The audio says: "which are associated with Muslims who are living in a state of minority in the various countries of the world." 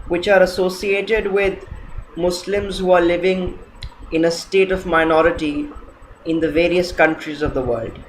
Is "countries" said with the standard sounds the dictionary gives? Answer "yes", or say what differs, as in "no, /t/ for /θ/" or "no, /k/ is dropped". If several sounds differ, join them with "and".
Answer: yes